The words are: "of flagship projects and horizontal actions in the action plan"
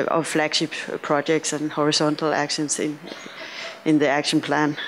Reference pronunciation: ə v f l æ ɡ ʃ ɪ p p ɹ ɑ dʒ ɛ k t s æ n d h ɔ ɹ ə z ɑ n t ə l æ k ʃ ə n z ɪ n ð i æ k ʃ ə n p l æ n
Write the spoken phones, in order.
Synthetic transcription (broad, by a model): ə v f l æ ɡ ʃ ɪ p p ɹ ɑ dʒ ɛ k t s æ n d h ɔ ɹ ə s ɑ n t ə l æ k ʃ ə n s ɪ n ð i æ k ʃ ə n p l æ n